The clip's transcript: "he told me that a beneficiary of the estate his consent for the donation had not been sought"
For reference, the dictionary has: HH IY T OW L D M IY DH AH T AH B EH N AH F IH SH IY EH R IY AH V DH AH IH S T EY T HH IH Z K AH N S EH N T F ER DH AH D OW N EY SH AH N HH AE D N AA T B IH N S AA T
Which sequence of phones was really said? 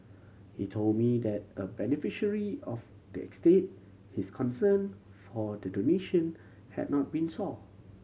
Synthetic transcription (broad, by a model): HH IY T OW L D M IY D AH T AH B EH N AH F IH SH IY R IY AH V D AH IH S T EY T HH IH S K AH N S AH N F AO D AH D OW N EY SH AH N HH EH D N AA T B IH N S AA